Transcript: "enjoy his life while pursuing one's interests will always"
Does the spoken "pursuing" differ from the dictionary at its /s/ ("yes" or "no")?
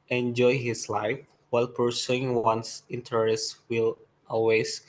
no